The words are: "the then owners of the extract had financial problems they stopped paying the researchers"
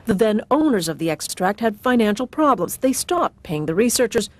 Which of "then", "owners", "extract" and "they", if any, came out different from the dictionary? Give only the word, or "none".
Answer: none